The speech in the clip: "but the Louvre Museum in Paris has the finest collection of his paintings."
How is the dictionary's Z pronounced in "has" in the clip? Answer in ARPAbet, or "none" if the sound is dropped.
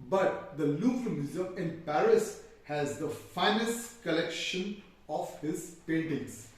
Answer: Z